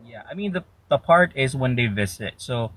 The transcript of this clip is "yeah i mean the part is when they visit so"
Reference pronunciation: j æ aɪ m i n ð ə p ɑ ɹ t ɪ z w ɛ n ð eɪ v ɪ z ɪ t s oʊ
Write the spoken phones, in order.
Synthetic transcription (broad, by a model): j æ aɪ m i n ð ə p ɑ ɹ t ɪ z w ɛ n ð eɪ v ɪ z ɪ t s oʊ